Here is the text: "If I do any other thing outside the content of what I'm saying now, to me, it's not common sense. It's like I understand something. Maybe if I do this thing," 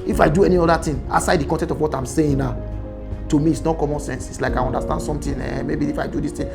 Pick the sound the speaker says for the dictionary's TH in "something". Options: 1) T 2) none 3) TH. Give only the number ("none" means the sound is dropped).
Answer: 1